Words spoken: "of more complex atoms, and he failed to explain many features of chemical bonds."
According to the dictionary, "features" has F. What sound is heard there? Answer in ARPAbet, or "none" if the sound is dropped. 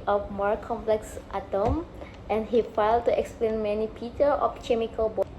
P